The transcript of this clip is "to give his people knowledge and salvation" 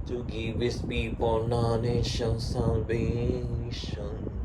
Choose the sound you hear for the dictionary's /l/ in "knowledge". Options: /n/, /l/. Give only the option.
/n/